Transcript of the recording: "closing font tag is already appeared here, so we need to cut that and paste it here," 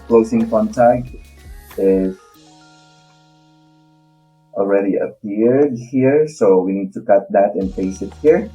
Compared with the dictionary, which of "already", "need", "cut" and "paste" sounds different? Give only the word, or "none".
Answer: paste